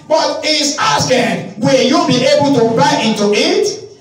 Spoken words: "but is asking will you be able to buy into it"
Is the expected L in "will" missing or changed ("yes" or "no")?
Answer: no